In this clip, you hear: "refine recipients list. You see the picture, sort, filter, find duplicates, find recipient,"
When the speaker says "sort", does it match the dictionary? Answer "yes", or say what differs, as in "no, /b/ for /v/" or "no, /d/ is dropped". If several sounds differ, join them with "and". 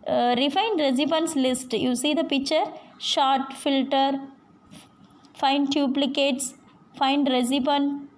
no, /ʃ/ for /s/